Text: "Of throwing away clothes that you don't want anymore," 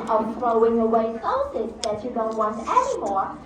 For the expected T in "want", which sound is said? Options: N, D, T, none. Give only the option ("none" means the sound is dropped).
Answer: T